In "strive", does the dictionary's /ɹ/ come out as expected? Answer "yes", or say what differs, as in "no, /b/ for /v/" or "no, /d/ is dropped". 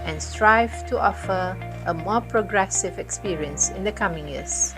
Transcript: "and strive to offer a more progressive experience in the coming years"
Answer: yes